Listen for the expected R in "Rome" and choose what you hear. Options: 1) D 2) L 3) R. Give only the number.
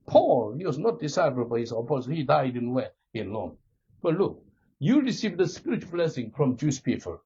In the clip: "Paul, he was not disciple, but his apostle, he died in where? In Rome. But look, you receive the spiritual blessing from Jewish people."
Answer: 2